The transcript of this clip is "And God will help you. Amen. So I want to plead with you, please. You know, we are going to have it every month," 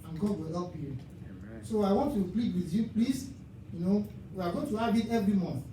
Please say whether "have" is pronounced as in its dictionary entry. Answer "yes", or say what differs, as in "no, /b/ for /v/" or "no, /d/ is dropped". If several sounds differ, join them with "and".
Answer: no, /b/ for /v/